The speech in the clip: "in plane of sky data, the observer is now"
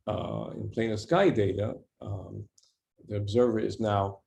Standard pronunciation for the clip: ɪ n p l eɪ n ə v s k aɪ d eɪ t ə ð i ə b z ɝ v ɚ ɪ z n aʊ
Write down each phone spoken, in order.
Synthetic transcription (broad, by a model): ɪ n p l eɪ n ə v s k aɪ d eɪ t ə ð i ə b z ɝ v ɚ ɪ z n aʊ